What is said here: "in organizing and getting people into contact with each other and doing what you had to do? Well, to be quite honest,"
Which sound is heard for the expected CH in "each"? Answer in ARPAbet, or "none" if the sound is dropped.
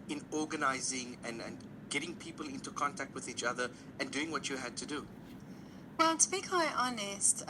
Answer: CH